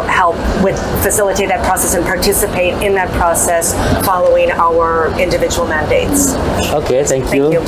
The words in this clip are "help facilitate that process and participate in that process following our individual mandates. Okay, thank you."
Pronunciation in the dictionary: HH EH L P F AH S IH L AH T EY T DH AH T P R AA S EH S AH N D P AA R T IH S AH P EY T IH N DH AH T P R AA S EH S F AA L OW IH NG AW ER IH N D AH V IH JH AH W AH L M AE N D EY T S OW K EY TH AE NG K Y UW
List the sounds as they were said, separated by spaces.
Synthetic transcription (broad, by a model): HH EH L P F AH S IH L AH T EY T DH AH T P R AA S EH S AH N P AA R T IH S AH P EY T IH N DH AH T P R AA S EH S F AA L OW IH NG AW ER IH N D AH V IH JH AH W L M AE N D EY T S OW K EY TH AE NG K Y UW